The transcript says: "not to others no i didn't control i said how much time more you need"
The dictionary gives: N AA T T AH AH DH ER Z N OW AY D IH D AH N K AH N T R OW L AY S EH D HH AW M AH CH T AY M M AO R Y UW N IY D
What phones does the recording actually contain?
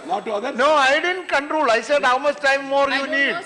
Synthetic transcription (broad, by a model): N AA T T N OW AY D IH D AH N K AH N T R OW L AY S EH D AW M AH S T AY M M AO R Y UW N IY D